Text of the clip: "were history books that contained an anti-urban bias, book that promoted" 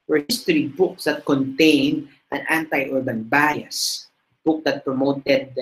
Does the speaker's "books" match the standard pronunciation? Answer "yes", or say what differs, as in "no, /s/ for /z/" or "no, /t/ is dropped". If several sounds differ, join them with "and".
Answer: yes